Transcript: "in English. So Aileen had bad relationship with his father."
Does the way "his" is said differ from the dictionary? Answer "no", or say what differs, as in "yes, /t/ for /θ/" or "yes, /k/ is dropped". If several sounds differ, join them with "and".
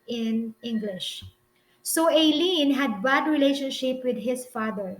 yes, /s/ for /z/